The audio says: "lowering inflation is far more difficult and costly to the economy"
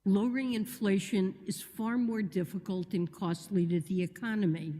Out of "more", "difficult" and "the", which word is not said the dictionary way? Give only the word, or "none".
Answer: none